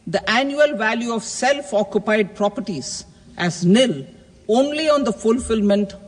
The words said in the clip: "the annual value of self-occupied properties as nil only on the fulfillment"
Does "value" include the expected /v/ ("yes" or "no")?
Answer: yes